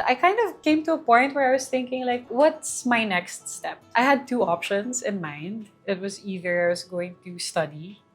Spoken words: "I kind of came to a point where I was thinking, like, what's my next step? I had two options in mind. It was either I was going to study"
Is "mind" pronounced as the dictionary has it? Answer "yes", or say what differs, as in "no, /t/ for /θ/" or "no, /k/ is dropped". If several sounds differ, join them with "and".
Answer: yes